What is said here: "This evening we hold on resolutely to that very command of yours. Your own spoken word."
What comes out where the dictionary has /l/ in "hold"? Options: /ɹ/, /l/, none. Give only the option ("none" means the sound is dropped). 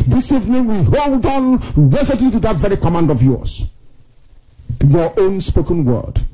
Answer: /l/